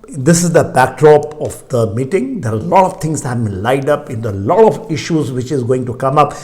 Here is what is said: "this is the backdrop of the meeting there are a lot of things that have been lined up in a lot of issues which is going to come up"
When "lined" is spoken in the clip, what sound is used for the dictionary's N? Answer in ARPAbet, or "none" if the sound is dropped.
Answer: none